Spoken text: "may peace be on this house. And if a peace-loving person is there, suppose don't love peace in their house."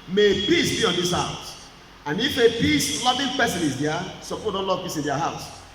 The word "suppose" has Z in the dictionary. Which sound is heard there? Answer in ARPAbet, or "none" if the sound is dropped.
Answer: none